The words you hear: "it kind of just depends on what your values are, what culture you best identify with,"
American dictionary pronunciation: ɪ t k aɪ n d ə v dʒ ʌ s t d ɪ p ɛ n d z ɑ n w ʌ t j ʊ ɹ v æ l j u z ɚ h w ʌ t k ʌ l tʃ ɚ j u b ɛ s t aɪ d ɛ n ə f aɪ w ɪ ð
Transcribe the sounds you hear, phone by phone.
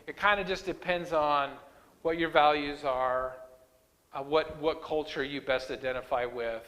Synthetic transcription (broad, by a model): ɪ t k aɪ n d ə dʒ ʌ s d ɪ p ɛ n d z n w ʌ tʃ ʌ ɹ v æ l j u z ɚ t w ʌ t k ʌ l tʃ ɚ j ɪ b ɛ s t aɪ d ɛ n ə f aɪ w ɪ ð